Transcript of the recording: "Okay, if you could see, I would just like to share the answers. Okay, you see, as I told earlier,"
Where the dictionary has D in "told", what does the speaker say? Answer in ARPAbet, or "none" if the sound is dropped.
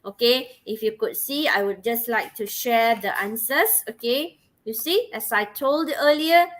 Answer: D